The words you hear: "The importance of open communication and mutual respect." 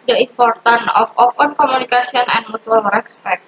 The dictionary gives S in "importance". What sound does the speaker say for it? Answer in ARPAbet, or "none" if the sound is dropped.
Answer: none